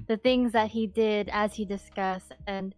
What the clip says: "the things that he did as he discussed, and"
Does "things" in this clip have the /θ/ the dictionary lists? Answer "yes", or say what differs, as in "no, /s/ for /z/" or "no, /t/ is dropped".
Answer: yes